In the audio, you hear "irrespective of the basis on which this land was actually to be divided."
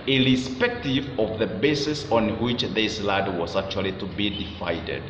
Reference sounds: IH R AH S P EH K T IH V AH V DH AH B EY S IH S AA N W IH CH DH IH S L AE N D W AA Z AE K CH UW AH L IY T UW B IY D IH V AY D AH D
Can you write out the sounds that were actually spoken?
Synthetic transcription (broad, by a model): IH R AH S P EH K T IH V AH V DH AH B EY S IH S AA N W IH CH DH IH S L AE D W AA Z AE K CH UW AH L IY T UW B IY D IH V AY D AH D